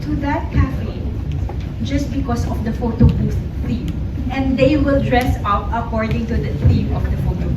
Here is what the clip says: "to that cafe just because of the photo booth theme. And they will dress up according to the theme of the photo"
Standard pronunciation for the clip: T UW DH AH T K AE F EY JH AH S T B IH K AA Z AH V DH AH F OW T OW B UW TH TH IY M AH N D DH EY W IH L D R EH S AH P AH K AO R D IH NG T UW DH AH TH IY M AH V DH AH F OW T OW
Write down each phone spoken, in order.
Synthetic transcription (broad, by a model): T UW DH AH T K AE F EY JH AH S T B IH K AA S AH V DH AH F OW T OW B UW S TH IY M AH N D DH EY W IH L D R EH S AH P AH K AO R D IH NG T UW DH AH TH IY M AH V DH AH F OW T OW